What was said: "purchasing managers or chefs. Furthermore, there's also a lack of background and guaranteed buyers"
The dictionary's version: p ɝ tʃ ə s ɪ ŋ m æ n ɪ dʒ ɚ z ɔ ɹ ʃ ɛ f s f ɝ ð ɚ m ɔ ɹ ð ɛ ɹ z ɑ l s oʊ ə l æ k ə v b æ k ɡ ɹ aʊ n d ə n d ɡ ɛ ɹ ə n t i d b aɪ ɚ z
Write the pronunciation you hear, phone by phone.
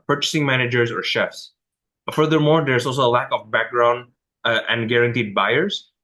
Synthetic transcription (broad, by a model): p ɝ tʃ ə s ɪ ŋ m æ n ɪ dʒ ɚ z ɔ ɹ ʃ ɛ f s f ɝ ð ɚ m ɔ ɹ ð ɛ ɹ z ɑ l s oʊ ə l æ k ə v b æ k ɡ ɹ aʊ n d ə n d ɡ ɛ ɹ ə n t i d b aɪ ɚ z